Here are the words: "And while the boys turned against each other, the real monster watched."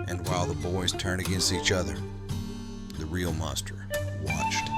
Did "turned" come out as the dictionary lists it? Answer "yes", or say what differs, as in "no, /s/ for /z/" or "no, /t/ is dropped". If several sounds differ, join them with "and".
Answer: no, /d/ is dropped